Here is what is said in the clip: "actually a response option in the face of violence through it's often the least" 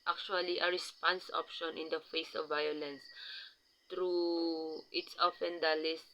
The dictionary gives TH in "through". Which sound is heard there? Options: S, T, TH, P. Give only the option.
T